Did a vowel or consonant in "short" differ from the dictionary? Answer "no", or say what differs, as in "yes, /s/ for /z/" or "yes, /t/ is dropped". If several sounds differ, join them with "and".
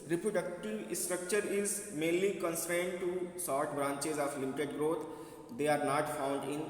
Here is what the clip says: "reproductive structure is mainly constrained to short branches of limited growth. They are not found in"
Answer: yes, /s/ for /ʃ/